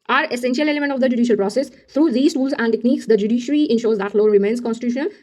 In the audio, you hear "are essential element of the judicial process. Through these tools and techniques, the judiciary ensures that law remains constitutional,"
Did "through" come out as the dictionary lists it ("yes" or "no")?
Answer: no